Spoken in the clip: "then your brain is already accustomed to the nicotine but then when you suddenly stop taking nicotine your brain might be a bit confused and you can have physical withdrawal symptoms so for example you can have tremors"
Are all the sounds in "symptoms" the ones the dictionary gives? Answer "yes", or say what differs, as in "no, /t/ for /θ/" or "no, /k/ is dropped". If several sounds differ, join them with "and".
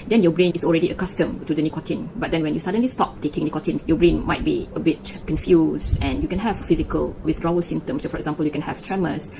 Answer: no, /p/ is dropped